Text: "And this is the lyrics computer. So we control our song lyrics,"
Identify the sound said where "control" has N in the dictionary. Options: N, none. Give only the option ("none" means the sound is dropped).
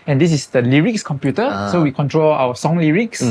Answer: N